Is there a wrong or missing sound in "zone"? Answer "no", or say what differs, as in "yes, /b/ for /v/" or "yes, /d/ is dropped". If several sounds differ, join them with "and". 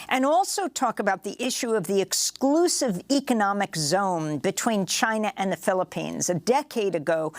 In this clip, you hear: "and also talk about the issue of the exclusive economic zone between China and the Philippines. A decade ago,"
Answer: no